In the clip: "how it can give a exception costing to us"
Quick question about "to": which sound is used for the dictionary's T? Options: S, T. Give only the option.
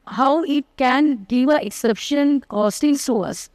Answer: S